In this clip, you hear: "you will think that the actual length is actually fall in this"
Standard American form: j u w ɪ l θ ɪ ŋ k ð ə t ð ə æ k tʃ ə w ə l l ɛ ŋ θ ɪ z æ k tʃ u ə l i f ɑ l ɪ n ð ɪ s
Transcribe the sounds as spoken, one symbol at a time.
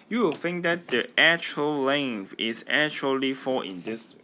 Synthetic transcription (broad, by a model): j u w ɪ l f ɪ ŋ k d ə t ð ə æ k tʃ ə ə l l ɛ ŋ f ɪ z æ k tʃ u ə l i f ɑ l ɪ n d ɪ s